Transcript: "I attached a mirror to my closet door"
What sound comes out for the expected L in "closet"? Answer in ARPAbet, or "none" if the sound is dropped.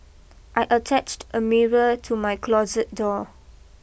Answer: L